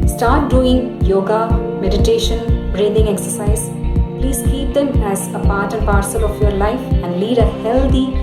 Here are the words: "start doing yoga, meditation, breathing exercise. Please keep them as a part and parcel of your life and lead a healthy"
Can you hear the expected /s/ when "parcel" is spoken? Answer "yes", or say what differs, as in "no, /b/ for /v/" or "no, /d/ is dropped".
yes